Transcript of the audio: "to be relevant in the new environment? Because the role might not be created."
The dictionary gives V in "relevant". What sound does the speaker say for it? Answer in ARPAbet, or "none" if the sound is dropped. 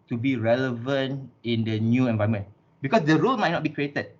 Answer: V